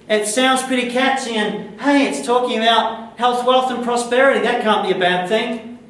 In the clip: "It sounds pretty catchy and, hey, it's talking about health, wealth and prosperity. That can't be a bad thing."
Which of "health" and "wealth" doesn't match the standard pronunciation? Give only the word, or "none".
none